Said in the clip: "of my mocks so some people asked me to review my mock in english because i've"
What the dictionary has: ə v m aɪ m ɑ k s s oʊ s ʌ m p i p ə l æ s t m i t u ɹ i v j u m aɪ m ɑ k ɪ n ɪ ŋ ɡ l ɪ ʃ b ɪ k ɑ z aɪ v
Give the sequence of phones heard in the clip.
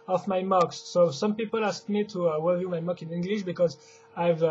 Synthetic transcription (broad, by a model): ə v m aɪ m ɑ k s s oʊ s ʌ m p i p ə l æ s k m i t u w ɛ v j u m aɪ m ɑ k ɪ n ɪ ŋ ɡ l ɪ ʃ b ɪ k ɑ z aɪ v